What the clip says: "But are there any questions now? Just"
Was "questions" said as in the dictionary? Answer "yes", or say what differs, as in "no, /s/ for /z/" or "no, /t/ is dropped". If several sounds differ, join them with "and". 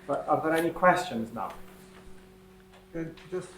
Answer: yes